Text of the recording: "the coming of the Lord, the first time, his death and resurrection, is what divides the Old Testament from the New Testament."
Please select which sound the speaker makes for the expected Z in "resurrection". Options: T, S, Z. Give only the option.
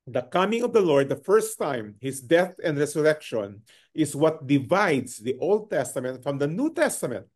S